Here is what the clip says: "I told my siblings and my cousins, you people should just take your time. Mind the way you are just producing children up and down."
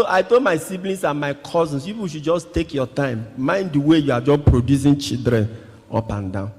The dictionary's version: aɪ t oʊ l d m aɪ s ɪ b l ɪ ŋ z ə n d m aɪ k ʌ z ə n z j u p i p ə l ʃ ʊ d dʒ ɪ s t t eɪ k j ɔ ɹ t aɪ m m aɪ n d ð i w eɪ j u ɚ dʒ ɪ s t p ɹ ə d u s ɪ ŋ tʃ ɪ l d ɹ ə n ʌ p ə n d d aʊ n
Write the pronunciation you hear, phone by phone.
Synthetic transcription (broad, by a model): aɪ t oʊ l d m aɪ s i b l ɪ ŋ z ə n m aɪ k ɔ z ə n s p i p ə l ʃ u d dʒ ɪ s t t eɪ k j ɔ t aɪ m m aɪ n d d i w eɪ j u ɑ dʒ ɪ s p ɹ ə d u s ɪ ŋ tʃ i d ɹ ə n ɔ p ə n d d aʊ n